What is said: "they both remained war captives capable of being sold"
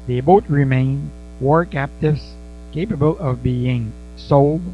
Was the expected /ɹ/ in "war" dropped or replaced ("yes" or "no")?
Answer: no